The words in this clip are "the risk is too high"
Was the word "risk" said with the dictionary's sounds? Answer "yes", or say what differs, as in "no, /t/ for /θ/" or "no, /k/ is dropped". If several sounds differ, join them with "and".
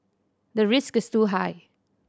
yes